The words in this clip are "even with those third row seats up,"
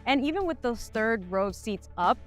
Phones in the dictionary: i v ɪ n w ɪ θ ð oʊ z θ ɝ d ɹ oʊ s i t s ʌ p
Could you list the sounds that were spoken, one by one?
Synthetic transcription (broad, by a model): i v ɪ n w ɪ ð oʊ z θ ɝ d ɹ oʊ s i t s ʌ p